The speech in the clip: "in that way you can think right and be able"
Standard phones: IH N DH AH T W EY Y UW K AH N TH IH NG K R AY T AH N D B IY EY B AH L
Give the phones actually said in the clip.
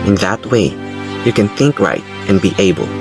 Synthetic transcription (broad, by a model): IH N DH AH T W EY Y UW K AH N TH IH NG K R AY T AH N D B IY EY B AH L